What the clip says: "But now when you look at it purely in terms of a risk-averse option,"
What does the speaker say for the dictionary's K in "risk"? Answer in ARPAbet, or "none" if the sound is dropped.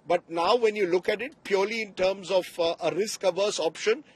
K